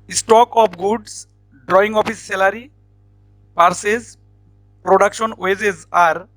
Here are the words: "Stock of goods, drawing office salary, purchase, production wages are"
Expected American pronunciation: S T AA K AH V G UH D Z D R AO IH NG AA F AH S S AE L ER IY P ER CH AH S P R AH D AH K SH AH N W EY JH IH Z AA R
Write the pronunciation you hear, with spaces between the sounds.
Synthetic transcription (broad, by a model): S T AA K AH P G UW D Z D R AO IH NG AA P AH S S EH L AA IY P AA S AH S P R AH D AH K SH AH N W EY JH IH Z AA R